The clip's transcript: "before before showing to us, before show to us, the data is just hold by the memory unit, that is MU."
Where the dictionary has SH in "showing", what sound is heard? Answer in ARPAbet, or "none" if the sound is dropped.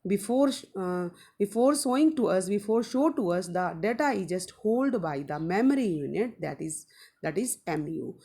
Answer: S